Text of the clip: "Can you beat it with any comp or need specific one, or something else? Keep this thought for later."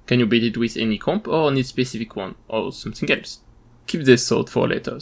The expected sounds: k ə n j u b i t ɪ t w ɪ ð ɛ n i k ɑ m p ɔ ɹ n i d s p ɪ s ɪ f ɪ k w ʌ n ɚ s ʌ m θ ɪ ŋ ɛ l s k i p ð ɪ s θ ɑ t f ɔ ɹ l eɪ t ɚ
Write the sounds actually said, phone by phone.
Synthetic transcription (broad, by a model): k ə n j u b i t ɪ t w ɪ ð ɛ n i k ɑ m p ɔ ɹ n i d s p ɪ s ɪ f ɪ k w ʌ n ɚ s ʌ m θ ɪ ŋ ɛ l s k i p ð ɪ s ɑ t f ɔ ɹ l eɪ t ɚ